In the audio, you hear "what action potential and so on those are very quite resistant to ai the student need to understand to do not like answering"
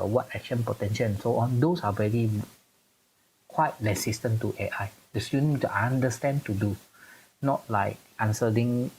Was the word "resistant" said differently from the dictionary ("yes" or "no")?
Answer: yes